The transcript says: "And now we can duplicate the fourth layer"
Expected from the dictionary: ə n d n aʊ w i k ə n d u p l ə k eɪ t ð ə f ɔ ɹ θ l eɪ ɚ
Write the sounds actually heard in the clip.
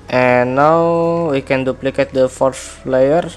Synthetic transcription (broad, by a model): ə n n aʊ w i k ə n d u p l ə k eɪ t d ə f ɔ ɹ s l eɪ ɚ